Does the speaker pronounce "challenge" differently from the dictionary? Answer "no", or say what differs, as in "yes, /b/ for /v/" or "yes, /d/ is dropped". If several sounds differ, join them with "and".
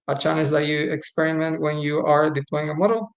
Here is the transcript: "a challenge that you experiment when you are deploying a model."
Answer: yes, /n/ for /l/